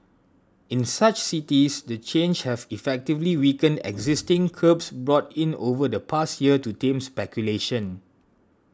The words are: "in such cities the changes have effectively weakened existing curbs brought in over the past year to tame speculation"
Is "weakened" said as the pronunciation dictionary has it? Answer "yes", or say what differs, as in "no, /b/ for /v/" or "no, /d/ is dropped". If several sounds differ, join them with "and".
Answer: yes